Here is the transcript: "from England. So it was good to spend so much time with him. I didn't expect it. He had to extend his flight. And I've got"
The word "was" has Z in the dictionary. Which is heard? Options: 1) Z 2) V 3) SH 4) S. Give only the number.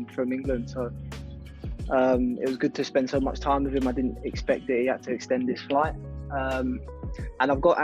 1